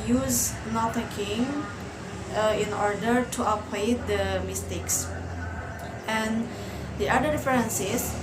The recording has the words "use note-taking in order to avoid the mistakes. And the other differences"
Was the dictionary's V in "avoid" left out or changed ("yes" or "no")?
yes